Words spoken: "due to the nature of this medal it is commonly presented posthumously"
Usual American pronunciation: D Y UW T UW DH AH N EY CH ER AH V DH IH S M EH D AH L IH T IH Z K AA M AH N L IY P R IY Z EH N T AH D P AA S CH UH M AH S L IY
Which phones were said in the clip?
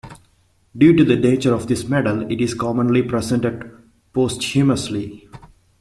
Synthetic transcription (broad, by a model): D Y UW T UW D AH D EY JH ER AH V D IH S M EH D AH L IH T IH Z K AA M AH N L IY P R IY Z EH N T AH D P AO S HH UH M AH S L IY